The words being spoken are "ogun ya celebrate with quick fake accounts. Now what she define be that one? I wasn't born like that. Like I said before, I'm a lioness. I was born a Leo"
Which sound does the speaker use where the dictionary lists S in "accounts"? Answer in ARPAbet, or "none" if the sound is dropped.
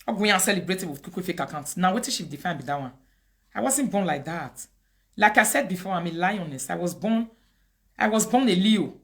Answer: none